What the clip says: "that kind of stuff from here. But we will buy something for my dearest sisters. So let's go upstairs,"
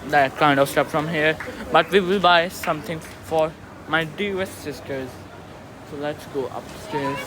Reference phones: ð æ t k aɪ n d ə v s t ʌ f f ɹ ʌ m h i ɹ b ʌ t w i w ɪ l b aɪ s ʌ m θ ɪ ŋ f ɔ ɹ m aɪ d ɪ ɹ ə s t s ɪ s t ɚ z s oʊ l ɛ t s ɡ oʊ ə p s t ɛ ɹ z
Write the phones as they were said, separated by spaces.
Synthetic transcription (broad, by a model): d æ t k aɪ n d ə v s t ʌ p f ɹ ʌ m h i ɹ b ʌ t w i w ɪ l b aɪ s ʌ m t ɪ ŋ f ɔ ɹ m aɪ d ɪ ə s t s ɪ s t ɚ z s oʊ l ɛ t s ɡ oʊ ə p s t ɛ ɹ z